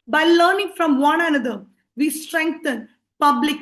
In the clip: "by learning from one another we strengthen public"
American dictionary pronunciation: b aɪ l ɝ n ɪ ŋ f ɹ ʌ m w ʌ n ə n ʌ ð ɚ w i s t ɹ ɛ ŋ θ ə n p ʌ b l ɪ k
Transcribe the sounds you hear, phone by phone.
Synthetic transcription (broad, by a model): b aɪ l ɝ n ɪ ŋ f ɹ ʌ m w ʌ n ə n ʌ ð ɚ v i s t ɹ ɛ ŋ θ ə n p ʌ b l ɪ k